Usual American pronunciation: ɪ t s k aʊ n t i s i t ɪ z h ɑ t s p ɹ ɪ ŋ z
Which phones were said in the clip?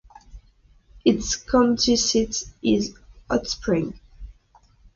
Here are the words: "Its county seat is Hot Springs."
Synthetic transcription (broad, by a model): ɪ t s k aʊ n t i s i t ɪ z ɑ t s p ɹ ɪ ŋ